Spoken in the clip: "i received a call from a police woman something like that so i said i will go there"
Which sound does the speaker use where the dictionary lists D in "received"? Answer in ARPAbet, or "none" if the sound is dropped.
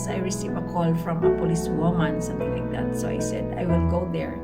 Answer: none